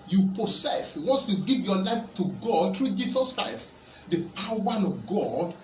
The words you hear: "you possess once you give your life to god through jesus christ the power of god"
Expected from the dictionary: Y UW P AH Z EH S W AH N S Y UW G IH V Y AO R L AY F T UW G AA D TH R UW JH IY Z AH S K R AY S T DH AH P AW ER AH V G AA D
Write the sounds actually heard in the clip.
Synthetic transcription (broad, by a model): Y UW P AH S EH S W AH N S Y UW G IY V Y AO L AY F T UW G AA D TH R UW JH IY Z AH S K R AY S T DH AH P AW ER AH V G AA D